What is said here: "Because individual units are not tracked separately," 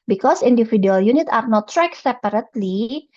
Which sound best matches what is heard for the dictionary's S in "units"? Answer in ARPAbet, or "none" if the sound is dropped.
none